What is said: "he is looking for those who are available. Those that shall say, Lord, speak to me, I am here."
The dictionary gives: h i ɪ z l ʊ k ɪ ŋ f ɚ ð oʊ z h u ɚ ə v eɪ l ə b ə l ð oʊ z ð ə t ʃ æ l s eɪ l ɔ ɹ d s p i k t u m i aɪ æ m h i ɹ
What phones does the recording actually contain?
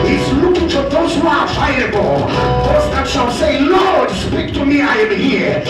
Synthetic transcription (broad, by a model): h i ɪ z l ʊ k ɪ ŋ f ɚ ð oʊ z h u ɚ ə ɪ ə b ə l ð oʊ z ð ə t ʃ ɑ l s eɪ l ɔ ɹ d s p i k t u m i aɪ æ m h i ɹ